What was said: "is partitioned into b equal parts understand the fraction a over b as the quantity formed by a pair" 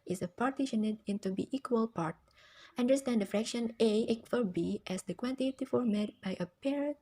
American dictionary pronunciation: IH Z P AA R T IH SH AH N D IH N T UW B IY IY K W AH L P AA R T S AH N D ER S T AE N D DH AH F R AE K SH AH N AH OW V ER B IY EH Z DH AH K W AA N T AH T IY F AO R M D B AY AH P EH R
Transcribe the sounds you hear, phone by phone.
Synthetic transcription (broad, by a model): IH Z P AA R T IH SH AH N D IH N T UW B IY IY K W AH L P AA R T AH N D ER S T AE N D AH F R AE K SH AH N AH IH F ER B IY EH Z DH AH K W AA N T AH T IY F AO R M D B AY AH P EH R